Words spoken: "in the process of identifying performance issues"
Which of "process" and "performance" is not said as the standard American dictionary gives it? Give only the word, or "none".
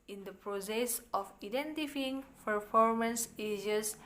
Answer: none